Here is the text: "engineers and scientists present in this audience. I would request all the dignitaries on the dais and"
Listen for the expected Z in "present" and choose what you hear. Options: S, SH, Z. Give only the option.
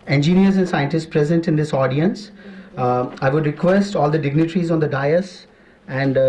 Z